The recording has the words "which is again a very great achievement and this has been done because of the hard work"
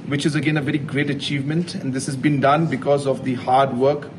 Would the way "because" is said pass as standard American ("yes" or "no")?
yes